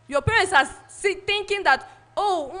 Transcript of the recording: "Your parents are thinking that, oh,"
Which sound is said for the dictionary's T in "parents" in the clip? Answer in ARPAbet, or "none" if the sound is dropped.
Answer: S